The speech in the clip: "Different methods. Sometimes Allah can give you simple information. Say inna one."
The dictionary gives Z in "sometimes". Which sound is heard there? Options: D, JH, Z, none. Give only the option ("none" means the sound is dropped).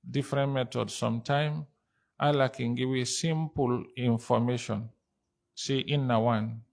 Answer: none